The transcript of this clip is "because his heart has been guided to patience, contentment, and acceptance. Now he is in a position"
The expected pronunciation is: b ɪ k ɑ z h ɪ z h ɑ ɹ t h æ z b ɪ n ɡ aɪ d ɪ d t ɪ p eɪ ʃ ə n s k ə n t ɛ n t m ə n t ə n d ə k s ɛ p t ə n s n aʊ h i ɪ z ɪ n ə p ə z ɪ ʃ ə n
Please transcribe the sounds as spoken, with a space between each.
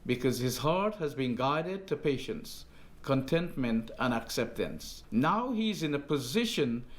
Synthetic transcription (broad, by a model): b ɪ k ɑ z h ɪ z h ɑ ɹ t h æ z b ɪ n ɡ aɪ d ɪ d t ɪ p eɪ ʃ ə n s k ə n t ɛ n t m ə n t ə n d ə k s ɛ p t ə n s n aʊ h i ɪ z ɪ n ə p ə z ɪ ʃ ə n